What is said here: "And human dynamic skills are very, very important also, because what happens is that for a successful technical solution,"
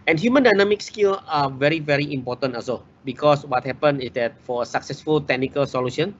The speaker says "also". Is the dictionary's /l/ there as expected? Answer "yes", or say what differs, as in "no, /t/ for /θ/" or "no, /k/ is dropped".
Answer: no, /l/ is dropped